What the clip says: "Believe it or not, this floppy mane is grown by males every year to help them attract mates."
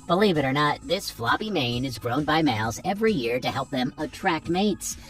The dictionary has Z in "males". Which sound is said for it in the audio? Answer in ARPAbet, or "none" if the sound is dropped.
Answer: Z